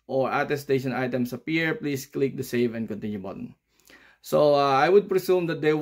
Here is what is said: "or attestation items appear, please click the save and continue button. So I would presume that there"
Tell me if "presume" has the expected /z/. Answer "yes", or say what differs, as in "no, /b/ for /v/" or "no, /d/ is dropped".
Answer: no, /s/ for /z/